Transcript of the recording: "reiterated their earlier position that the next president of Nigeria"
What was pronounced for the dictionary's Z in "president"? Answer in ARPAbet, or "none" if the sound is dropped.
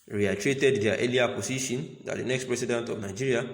S